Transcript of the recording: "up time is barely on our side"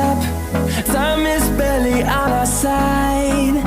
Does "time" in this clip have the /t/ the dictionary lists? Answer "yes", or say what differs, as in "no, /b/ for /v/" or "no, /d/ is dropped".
no, /s/ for /t/